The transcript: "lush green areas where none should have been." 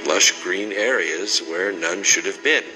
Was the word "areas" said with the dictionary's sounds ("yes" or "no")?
yes